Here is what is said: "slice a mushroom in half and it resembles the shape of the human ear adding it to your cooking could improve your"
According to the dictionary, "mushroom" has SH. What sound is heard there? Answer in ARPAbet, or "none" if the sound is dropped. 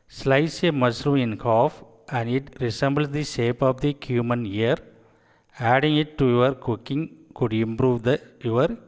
S